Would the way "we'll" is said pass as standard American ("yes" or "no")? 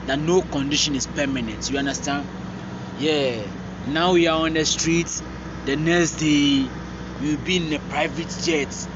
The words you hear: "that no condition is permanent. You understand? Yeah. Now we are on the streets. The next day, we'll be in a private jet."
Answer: no